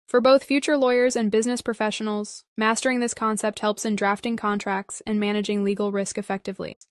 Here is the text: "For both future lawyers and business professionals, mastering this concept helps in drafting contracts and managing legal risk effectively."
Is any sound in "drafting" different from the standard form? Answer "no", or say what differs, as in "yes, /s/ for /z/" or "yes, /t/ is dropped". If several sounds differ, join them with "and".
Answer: no